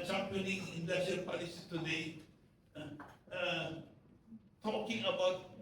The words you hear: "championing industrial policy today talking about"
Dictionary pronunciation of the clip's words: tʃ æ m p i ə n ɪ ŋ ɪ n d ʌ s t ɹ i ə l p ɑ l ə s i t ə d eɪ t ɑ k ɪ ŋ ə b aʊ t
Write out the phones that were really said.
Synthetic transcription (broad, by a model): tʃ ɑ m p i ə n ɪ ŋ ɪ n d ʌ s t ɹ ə n p ɑ l ə s i t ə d eɪ t ɑ k ɪ ŋ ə b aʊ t